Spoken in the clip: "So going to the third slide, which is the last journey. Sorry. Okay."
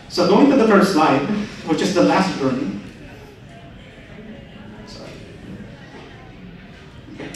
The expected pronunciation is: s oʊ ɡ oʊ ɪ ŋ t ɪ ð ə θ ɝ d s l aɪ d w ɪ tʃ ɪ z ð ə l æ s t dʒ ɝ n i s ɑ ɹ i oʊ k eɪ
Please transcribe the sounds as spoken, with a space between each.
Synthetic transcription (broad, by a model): s oʊ ɡ oʊ ɪ ŋ t ɪ ð ə f ɝ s s l aɪ d w ɪ tʃ ɪ z ð ə l æ s t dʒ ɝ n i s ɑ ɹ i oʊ